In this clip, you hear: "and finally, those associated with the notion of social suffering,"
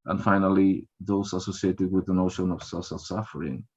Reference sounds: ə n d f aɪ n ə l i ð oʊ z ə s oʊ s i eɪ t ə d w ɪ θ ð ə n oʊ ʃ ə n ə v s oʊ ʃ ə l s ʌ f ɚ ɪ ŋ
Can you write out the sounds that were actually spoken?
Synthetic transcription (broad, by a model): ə n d f aɪ n ə l i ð oʊ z ə s oʊ s i eɪ t ə d w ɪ ð ə n oʊ ʃ ə n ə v s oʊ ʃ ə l s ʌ f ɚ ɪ ŋ